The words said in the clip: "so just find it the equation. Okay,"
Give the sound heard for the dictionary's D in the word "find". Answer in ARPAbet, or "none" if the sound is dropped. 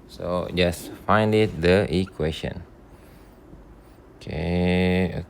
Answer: D